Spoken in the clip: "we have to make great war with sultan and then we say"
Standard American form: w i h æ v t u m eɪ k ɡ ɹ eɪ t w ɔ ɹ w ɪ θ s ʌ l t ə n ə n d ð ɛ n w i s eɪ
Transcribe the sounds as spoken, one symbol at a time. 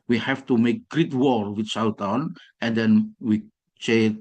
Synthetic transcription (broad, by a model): w i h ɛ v t u m eɪ k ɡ ɹ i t w ɔ ɹ w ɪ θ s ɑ w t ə n ə n d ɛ n w i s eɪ